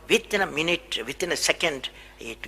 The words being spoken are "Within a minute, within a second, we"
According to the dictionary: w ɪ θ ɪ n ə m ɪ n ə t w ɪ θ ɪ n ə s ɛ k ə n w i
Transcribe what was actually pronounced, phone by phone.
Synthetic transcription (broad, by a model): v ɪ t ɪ n ə m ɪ n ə t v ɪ t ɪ n ə s ɛ k ə n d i